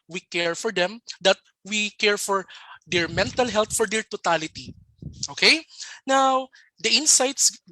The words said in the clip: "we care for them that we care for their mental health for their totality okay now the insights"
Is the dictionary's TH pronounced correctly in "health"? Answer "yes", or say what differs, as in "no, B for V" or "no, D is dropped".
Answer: no, T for TH